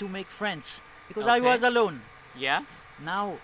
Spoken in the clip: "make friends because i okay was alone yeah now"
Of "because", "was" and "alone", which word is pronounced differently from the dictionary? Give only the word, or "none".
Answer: none